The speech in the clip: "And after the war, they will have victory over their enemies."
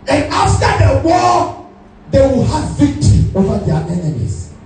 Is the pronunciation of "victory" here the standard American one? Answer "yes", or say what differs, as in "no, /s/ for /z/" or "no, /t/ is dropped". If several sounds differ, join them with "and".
yes